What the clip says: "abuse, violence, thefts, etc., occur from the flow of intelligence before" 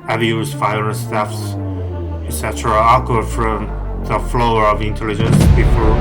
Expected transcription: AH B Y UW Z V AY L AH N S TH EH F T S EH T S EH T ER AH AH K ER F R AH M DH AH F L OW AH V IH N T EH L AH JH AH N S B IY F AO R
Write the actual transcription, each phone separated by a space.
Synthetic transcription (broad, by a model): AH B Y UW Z F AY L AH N S T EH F S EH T S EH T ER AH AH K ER F R AH M DH AH F L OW AH V IH N T EH L AH JH AH N S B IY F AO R